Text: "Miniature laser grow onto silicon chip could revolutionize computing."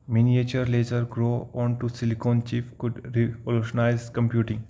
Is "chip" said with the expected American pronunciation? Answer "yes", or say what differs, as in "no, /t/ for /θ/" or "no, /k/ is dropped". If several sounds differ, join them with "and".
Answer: no, /f/ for /p/